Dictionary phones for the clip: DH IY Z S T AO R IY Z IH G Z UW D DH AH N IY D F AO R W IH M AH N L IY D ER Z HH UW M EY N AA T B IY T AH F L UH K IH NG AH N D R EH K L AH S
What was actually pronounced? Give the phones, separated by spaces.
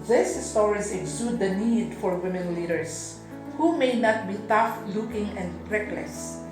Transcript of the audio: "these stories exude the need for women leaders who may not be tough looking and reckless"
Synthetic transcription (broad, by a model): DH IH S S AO W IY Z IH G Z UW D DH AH N IY D F AO R W IH M AH N L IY D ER S HH UW M EY N AA T B IY T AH F L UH K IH NG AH N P R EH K L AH S